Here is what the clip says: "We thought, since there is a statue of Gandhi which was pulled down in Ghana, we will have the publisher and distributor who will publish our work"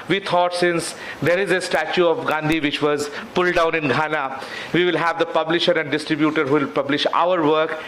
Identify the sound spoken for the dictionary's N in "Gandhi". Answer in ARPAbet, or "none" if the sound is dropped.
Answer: N